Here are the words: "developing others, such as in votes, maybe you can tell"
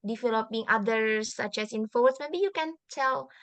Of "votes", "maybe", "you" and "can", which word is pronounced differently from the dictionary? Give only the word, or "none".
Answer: votes